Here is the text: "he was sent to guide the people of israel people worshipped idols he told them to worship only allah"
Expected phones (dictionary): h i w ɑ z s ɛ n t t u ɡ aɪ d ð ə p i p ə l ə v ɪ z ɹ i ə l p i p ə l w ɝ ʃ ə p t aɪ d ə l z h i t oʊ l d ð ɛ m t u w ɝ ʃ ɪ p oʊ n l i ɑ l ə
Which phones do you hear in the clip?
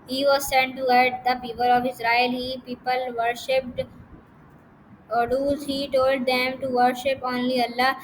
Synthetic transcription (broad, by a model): h i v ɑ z s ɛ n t t u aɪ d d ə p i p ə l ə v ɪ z ɹ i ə l p i p ə l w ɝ ʃ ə p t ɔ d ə z h i t oʊ l d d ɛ m t u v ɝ ʃ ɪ p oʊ n l i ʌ l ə